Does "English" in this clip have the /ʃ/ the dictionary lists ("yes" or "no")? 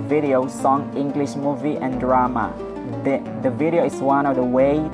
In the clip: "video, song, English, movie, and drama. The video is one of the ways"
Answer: yes